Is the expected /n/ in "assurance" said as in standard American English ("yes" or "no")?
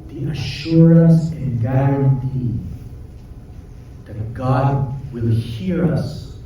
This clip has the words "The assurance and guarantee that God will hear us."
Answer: no